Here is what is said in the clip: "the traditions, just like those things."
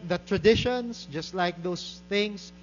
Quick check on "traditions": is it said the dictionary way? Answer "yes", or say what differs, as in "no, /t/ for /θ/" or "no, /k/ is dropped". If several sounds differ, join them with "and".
no, /s/ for /z/